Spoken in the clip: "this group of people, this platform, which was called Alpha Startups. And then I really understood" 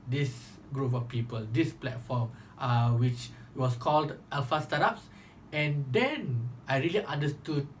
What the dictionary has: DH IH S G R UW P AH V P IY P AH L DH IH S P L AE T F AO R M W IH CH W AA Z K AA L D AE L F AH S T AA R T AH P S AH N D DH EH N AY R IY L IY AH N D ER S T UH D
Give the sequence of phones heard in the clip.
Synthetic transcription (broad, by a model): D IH S G R UW P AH F P IY P AH L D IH S P L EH T F AO M W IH CH W AA S K AA L D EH L F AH S T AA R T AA P S AH N D EH N AY R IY L IY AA N D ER S T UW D